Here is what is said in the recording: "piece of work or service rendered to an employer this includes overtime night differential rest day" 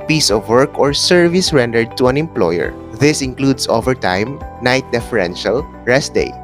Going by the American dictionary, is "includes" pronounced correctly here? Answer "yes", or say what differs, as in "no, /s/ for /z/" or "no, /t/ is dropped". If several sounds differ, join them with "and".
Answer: no, /s/ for /z/